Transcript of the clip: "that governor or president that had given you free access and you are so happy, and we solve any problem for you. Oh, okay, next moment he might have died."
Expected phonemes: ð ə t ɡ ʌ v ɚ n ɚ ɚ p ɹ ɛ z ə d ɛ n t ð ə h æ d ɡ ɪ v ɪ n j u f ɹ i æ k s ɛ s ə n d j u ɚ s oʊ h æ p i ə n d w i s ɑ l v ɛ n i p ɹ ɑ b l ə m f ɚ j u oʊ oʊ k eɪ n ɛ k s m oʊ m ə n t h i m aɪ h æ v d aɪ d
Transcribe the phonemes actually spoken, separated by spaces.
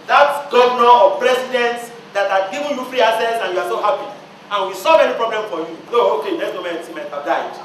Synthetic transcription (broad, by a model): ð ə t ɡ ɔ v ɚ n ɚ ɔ p ɹ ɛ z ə d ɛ n t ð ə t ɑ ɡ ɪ v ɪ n j u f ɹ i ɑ s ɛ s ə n j u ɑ s oʊ h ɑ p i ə n w i s ɑ l v ɛ n i p ɹ ɑ b l ə m f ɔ j u oʊ oʊ k eɪ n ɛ s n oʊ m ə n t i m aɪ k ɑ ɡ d aɪ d